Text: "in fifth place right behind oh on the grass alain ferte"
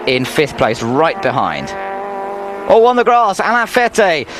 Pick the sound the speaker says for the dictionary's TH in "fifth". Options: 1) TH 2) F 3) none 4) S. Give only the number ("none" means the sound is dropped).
1